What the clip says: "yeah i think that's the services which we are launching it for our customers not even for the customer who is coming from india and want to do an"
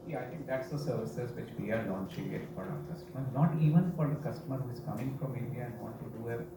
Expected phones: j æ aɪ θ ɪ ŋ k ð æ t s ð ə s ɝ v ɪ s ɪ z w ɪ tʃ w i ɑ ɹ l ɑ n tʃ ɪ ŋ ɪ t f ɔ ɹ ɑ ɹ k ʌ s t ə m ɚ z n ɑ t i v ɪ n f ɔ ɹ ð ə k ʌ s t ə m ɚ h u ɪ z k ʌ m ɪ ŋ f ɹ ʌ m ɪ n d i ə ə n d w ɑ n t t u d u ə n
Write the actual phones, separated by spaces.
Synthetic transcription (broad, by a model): j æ aɪ t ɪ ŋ k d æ t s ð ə s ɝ v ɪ s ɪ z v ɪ tʃ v i ɑ ɹ l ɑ n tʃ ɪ ŋ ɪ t f ɔ ɹ ɑ ɹ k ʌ s t ə m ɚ n ɑ t i v ɪ n f ɔ ɹ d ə k ʌ s t ə m ɚ h u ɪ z k ʌ m ɪ ŋ f ɹ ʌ m ɪ n d i ə ə n d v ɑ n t t u d u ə